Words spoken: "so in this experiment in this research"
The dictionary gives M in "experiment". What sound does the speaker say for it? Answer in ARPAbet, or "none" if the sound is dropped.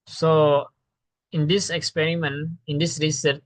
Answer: M